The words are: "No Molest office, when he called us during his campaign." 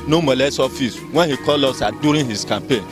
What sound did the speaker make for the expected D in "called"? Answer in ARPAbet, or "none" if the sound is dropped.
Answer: none